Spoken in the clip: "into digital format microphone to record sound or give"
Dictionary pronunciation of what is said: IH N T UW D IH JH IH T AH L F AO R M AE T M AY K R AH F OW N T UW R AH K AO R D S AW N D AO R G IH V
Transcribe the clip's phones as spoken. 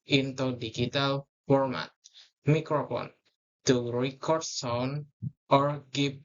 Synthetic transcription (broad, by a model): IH N T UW D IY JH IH T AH L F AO R M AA T M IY K R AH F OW N T UW R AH K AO R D S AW N AO R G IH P